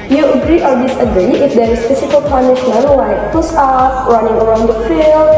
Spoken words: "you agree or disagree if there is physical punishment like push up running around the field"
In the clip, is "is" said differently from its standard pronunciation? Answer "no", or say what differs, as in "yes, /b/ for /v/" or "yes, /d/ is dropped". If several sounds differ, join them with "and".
yes, /s/ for /z/